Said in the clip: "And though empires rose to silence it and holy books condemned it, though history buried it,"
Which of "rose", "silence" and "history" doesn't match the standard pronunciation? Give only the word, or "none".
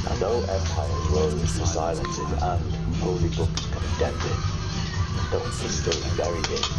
history